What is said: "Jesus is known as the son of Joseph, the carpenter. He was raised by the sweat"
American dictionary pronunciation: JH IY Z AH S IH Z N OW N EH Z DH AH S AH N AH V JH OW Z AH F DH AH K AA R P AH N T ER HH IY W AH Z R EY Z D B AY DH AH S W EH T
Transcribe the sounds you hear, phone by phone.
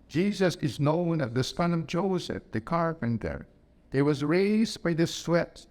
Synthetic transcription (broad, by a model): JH IY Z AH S IH Z N OW N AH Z DH AH S AH N AH V JH OW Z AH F DH AH K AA R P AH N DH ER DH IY W AH Z R EY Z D B AY DH AH S W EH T